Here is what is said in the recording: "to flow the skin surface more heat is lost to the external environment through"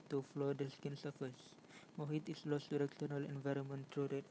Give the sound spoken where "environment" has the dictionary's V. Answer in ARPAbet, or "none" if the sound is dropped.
V